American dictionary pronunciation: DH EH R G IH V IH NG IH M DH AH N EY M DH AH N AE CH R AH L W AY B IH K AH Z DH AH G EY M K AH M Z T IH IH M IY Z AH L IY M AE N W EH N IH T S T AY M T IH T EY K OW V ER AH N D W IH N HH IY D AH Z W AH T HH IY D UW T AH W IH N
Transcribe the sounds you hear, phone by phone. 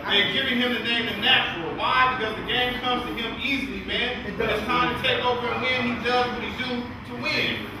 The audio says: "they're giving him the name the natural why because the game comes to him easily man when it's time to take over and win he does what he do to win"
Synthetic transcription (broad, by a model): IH G IH V IH NG IH M DH AH N EY M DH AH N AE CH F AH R W AY B IH K AH Z DH AH G EY M K AH M Z T IH IH M IY Z L IY M AE N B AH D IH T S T AY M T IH T EY K OW V ER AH W IH N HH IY D AH Z W AH T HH IY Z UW T AH W IH N